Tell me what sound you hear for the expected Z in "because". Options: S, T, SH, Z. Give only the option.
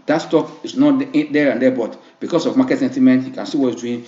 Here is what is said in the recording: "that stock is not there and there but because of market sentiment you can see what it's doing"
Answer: S